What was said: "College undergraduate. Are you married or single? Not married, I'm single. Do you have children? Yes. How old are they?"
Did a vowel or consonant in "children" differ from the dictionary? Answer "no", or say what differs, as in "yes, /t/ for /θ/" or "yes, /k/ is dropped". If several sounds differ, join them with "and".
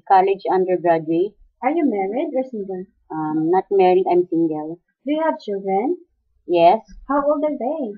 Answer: no